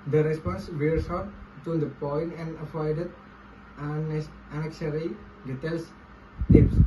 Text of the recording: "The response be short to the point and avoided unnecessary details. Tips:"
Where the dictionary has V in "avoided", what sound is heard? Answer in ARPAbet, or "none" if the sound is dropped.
F